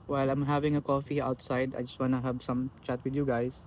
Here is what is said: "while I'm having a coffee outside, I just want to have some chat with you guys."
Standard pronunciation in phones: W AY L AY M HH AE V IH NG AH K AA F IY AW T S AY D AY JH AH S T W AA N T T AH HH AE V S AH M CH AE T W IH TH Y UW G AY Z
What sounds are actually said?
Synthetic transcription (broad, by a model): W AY L AY M HH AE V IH NG AH K AA F IY AW T S AY D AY JH AH S T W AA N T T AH HH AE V S AH M CH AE T W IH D Y UW G AY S